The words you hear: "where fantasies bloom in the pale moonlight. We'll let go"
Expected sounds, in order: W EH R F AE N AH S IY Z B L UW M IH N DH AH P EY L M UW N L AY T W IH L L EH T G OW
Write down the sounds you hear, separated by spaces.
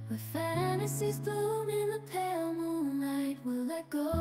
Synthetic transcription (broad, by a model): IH F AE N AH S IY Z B UW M IH N DH AH P EY L M UW N L AY T W IH L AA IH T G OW